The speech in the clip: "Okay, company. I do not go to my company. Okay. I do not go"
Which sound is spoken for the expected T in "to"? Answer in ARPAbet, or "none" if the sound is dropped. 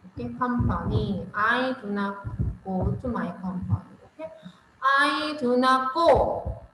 S